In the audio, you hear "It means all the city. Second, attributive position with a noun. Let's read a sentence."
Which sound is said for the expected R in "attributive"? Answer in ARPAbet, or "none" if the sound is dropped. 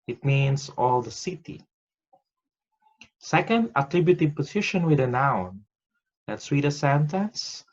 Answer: R